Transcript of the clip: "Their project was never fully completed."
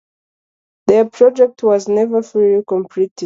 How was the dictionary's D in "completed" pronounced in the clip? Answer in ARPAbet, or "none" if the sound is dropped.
none